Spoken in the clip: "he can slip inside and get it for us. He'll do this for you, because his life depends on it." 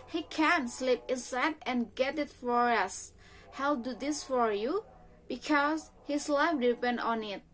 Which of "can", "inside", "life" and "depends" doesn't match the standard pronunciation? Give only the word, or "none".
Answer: depends